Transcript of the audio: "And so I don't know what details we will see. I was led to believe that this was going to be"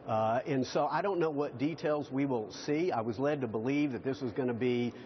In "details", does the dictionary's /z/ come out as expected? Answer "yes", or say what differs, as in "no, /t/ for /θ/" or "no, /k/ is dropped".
yes